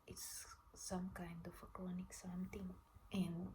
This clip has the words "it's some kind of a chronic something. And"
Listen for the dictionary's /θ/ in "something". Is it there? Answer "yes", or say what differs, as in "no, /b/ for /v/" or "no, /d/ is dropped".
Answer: no, /t/ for /θ/